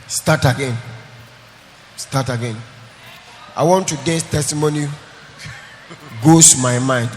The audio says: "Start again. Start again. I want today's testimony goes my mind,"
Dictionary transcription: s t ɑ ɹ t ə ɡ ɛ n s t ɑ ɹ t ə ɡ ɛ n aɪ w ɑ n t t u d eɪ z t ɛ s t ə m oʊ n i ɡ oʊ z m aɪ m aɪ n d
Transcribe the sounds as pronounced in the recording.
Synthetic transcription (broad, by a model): s t ɑ t ə ɡ ɛ n s t ɑ t ə ɡ ɛ n aɪ w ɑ n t t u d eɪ s t ɛ s t ə m oʊ n i ɡ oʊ s m aɪ m aɪ n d